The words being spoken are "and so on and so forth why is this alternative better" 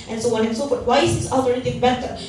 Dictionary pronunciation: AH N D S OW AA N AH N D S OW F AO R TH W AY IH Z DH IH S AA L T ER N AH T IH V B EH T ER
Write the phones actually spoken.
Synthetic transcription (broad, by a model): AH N S OW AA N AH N S OW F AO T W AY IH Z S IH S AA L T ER AH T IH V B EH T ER